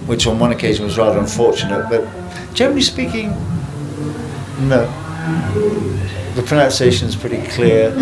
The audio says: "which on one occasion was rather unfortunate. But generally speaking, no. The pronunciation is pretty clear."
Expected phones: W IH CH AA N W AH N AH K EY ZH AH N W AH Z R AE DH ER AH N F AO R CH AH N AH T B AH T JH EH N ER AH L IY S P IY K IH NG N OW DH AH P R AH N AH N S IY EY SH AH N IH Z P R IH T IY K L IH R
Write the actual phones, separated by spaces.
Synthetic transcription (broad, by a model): W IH CH N W AH N AH K EY ZH AH N W AH Z R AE DH ER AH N F AO R CH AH N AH T B AH T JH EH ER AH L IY S P IY K IH NG N OW DH AH P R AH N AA N S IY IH SH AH N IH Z P R IH T IY K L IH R